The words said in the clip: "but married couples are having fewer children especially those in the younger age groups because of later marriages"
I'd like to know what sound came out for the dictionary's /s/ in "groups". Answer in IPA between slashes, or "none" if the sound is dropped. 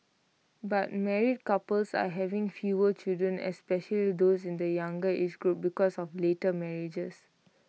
none